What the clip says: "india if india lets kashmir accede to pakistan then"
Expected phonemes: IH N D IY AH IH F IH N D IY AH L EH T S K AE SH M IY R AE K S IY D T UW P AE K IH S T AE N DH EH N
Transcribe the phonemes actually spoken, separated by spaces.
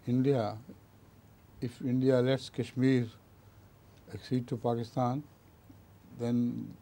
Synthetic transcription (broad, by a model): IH N D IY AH IH F IH N D IY AH L EH T S K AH SH M IY R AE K S IY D T UW P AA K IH S T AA N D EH N